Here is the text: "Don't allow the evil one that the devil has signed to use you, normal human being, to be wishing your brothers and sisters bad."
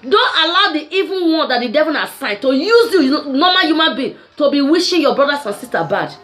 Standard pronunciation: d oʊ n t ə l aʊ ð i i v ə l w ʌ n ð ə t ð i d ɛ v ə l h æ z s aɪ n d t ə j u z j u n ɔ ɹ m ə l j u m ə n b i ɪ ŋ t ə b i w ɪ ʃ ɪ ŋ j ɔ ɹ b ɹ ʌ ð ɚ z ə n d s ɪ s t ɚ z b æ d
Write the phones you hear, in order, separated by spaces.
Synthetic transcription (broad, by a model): d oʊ n t ə l aʊ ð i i v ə n w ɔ n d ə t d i d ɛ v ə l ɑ s aɪ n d t ə j u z j u n ɔ m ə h j u m ə n b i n t ə b i w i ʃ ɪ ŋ j ɔ b ɹ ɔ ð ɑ s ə n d s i s t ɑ b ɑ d